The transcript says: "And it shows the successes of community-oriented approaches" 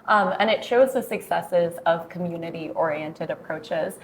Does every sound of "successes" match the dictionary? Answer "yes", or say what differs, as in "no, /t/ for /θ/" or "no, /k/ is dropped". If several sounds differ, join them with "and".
yes